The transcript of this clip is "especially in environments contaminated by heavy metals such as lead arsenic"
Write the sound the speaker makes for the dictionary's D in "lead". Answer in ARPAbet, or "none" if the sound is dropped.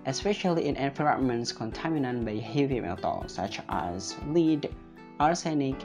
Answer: D